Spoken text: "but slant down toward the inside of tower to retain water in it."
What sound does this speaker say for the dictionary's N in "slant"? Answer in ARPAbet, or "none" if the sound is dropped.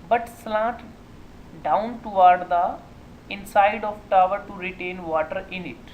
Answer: none